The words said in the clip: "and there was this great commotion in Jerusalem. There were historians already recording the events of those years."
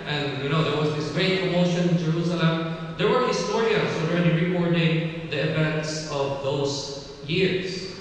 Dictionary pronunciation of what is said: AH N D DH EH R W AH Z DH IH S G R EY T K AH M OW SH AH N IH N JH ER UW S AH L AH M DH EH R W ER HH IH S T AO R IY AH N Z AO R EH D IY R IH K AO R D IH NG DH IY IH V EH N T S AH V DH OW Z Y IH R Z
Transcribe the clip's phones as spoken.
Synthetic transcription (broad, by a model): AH N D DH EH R W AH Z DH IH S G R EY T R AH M OW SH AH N IH N JH ER UW S AH L AH M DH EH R W ER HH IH S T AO R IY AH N S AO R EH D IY R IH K AO R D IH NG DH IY IH V EH N T S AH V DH OW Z Y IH R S